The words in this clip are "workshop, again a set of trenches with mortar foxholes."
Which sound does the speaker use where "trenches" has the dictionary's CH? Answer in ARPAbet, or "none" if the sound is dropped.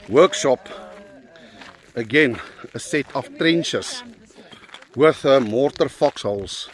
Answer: SH